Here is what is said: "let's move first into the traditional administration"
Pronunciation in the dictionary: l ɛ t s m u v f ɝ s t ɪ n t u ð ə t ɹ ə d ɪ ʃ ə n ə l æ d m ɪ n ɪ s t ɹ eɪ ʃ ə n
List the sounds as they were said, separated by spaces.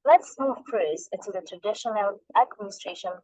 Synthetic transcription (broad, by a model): l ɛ t s m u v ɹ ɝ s ɪ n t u ð ə t ɹ ə d ɪ ʃ ə n ə l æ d m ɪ n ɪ s t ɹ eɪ ʃ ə n